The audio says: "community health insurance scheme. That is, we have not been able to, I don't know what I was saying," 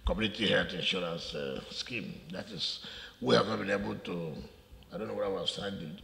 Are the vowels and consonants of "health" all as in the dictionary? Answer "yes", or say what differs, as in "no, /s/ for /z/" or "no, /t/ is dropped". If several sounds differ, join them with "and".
no, /t/ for /θ/